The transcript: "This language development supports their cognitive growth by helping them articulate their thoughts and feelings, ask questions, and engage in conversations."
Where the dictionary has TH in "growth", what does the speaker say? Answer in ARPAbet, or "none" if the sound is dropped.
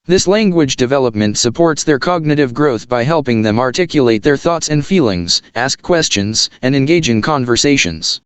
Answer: TH